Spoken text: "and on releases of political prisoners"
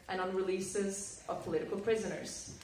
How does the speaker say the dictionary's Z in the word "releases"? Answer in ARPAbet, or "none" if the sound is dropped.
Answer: Z